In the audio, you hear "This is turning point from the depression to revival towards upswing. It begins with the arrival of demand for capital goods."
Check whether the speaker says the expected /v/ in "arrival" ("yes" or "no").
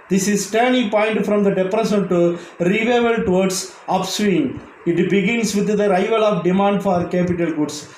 yes